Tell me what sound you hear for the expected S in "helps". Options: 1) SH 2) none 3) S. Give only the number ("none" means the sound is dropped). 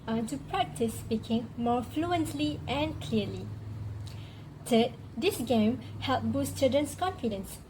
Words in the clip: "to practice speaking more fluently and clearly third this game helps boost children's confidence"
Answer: 2